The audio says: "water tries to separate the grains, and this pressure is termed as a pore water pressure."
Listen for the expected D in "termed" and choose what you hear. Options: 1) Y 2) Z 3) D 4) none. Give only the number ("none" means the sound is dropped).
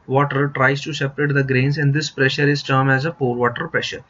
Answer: 4